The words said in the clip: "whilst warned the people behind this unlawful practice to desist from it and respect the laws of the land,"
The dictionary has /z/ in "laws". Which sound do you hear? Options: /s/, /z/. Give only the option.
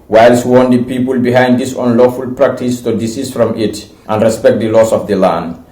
/s/